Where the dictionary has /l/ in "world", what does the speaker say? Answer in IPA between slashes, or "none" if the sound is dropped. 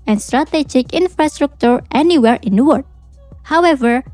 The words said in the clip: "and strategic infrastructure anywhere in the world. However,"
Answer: none